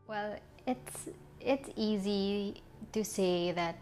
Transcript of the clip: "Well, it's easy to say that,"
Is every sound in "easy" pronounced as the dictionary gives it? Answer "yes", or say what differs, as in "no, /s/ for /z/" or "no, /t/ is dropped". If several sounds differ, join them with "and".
yes